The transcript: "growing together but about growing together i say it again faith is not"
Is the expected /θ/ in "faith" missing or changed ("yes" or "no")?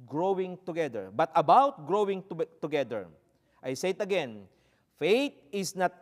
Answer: yes